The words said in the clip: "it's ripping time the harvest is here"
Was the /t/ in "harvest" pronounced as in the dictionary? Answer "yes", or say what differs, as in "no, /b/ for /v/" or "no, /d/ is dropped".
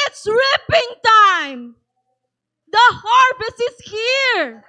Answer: no, /t/ is dropped